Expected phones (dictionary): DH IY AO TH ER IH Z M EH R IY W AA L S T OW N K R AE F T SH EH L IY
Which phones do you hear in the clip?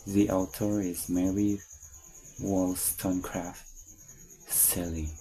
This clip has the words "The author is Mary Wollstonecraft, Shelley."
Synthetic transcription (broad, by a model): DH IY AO T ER IH Z M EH R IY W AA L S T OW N K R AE F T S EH L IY